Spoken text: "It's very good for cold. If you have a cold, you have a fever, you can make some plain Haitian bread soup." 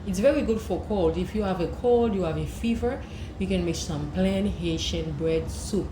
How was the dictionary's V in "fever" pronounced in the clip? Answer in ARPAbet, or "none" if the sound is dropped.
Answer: V